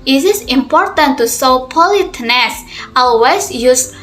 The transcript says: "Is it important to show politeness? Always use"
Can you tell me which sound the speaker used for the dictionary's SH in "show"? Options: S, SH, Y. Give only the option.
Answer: S